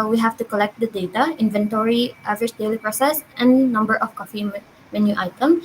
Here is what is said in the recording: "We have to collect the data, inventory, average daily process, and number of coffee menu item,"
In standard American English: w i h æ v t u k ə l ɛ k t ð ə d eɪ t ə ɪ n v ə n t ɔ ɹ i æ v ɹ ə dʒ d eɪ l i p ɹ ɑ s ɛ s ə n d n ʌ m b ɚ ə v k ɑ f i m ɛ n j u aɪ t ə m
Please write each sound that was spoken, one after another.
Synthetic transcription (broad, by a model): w i h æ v t u k ə l ɛ k t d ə d eɪ t ə ɪ n v ə n t ɔ ɹ i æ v ə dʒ d eɪ l i p ɹ ɑ s ɛ s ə n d n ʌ m b ɚ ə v k ɑ f i m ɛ n j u aɪ t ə m